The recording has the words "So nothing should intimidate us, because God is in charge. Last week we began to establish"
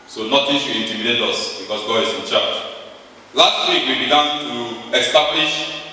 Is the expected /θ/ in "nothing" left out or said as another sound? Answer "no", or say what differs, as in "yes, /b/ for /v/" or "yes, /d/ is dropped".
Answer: yes, /t/ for /θ/